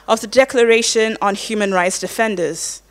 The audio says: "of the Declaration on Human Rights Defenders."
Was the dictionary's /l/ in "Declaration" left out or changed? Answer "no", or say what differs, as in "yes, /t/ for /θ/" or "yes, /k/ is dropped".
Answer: no